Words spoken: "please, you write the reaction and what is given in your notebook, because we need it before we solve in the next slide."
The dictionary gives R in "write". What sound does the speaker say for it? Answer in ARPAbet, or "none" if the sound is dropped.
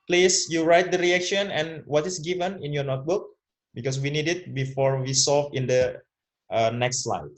R